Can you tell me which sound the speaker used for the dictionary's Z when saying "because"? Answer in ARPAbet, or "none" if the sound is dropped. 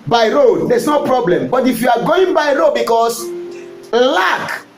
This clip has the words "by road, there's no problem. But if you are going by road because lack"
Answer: S